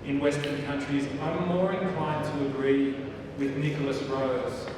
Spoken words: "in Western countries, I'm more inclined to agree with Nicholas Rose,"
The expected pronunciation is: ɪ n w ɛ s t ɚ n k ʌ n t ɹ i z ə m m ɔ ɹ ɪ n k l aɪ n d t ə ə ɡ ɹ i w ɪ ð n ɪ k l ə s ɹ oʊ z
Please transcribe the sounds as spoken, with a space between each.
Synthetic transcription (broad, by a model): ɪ n w ɛ s t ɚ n k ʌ n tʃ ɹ i z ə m m ɔ ɹ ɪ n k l aɪ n t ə ə ɡ ɹ i w ɪ ð n ɪ k l ə s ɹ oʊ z